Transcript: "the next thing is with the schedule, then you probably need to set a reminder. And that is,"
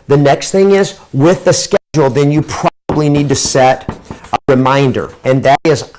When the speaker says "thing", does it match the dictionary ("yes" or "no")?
yes